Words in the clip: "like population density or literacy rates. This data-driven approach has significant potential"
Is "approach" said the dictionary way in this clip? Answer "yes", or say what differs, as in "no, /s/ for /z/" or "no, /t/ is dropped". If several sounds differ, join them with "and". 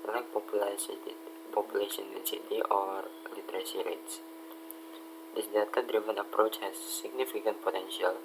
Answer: yes